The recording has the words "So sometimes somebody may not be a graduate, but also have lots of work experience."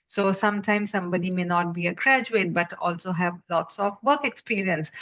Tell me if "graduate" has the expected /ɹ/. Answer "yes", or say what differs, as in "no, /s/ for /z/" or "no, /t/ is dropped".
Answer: yes